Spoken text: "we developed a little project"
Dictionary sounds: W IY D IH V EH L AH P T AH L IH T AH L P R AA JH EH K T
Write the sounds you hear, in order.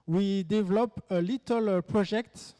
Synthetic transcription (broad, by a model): W IY D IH V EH L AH P AH L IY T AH L P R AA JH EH K T